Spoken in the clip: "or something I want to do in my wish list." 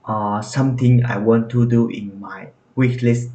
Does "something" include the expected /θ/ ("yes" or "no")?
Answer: no